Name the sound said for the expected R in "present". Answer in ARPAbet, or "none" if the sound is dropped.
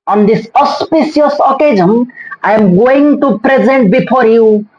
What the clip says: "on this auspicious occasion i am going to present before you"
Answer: R